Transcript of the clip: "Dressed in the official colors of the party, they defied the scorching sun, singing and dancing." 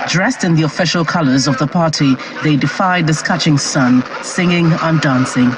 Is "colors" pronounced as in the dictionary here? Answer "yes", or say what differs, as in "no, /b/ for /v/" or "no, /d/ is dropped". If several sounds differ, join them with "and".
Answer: yes